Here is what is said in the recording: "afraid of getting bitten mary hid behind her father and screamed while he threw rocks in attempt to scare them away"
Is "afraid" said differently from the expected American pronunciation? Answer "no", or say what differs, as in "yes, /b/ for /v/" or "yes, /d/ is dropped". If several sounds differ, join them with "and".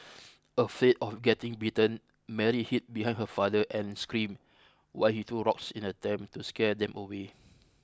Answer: yes, /l/ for /ɹ/